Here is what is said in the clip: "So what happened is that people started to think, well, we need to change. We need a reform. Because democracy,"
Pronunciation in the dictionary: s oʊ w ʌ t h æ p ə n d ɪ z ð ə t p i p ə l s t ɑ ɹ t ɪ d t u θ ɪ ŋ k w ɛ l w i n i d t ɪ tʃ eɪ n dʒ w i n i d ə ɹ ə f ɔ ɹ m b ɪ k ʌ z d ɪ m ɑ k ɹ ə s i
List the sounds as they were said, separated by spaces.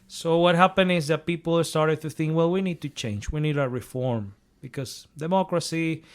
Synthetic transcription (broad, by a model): s oʊ w ʌ t h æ p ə n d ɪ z ð ə t p i p l s t ɑ ɹ t ɪ d t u θ ɪ ŋ k w ɛ l w i n i d t ɪ tʃ eɪ n dʒ w i n i d ə ɹ ə f ɔ ɹ m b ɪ k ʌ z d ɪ m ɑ k ɹ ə s i